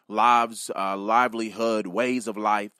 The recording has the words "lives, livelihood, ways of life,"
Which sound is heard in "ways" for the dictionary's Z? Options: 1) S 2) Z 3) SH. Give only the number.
2